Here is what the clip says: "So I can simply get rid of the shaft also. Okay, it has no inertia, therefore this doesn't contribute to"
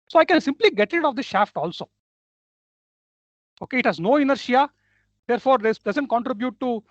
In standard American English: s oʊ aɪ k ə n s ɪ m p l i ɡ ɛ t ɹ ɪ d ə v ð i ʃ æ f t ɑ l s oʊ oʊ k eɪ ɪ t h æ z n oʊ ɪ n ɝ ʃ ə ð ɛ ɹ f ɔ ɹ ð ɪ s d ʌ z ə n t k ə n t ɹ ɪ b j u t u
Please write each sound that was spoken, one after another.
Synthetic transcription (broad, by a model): s oʊ aɪ k ə n s ɪ m p l i ɡ ɛ t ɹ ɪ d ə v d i ʃ æ f t ɑ l s oʊ oʊ k eɪ ɪ t h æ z n oʊ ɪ n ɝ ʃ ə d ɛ ɹ f ɔ ɹ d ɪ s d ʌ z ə n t k ə n t ɹ ɪ b j u t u